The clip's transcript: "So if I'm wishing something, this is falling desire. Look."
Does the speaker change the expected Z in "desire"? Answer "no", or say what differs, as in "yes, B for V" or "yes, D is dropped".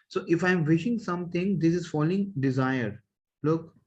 no